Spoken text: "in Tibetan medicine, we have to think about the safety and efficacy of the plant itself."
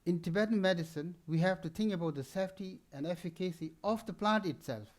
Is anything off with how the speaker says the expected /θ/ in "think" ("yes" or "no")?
yes